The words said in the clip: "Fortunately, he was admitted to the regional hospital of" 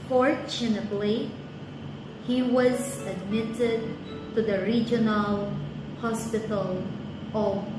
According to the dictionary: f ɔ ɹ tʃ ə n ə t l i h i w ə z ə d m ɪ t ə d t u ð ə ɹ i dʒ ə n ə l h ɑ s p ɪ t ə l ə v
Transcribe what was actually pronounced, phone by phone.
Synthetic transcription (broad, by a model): f ɔ ɹ tʃ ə n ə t l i h i w ə z ə d m ɪ t ə d t u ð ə ɹ i dʒ ə n ə l h ɑ s p ɪ t ə l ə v